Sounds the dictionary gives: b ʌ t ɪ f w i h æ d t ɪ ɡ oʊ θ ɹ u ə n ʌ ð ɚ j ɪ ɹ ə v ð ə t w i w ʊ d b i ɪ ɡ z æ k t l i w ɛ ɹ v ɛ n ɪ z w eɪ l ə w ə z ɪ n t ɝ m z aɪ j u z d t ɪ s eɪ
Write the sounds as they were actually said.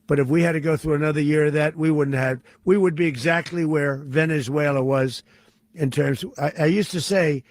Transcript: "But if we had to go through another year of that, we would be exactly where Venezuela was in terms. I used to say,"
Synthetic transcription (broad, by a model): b ʌ t ɪ f w i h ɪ d t ɪ ɡ oʊ θ ɹ u ə n ʌ ð ɚ j ɪ ɹ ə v ð ə t w i w ʊ d b i ɪ ɡ z æ k t l i w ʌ ɹ v ɛ n ɪ z w eɪ l ə w ə z ɪ n t ɝ m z aɪ j u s t ɪ s eɪ